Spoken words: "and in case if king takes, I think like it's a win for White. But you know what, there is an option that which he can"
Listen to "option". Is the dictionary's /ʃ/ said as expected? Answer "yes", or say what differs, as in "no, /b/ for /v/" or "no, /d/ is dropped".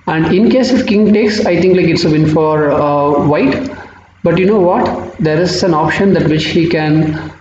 yes